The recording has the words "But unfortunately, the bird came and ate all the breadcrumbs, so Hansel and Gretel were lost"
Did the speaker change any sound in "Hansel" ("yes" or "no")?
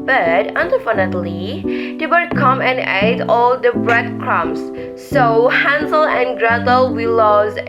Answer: no